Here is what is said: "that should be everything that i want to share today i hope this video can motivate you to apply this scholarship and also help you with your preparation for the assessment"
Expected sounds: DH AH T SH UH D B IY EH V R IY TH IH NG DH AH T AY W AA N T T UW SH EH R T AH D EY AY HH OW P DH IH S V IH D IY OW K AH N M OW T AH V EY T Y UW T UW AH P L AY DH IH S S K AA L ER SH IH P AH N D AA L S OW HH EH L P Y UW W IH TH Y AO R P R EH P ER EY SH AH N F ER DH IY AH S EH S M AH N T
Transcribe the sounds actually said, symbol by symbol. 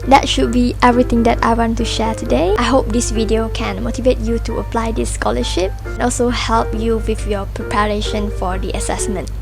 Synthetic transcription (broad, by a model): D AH T SH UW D B IY EH V R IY T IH NG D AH T AY W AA N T T UW SH EH T AH D EY AY HH OW P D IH S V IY D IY OW K AH N M OW T AH V EY T Y UW T UW AH P L AY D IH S S K AA L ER SH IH P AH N AA L S OW HH EH L P Y UW W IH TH Y AO P R EH P ER EY SH AH N F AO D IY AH S EH S M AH N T